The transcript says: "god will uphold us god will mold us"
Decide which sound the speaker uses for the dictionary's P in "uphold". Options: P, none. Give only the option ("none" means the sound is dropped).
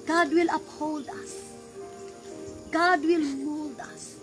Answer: P